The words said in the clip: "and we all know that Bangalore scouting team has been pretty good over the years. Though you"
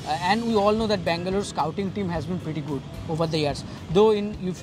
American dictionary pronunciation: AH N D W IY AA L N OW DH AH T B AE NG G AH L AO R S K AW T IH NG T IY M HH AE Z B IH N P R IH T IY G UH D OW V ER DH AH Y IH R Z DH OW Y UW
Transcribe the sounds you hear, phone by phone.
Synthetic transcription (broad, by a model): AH N D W IY AA L N OW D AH T B AE NG G AH L AO R S K AW T IH NG T IY M HH AE Z B IH N P R IH T IY G UH D OW V ER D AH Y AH R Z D OW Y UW